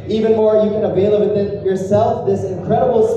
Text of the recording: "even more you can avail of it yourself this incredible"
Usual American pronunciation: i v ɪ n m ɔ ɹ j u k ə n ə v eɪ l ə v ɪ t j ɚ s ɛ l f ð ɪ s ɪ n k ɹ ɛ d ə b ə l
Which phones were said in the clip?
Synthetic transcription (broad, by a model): i v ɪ n m ɔ ɹ j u k ə n ə v eɪ l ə b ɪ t j ɚ s ɛ l f ð ɪ s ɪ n k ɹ ɛ d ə b l